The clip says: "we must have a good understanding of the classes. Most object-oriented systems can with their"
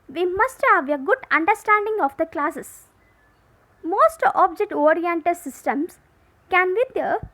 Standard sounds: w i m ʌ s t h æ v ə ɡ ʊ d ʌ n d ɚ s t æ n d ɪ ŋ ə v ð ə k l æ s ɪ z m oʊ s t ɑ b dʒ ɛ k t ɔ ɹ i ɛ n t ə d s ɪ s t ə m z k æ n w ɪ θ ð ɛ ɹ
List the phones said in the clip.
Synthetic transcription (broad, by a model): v i m ʌ s t h æ v ə ɡ ʊ d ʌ n d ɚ s t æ n d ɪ ŋ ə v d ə k l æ s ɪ s m oʊ s t ɑ b dʒ ɛ k t ɔ ɹ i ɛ n t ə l s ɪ s t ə m s k æ n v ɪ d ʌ